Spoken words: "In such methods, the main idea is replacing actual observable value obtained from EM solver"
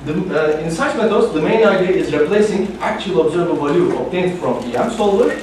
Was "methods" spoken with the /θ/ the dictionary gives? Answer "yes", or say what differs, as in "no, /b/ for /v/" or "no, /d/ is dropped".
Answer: no, /t/ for /θ/